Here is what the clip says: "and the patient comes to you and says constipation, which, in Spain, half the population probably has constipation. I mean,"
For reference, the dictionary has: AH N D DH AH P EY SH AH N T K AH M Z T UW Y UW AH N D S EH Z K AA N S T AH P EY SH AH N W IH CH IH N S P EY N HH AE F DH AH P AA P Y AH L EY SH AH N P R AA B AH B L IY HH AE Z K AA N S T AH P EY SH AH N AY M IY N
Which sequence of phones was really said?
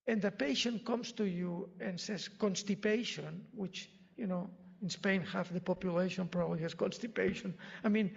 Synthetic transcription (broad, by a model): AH N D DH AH P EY SH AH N K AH M S T UW Y UW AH N S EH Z K AA N S T AH P EY SH AH N W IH CH IH N S P EY N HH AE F DH AH P AA P Y AH L EY SH AH N P R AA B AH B L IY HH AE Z K AA N S T AH P EY SH AH N AY M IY N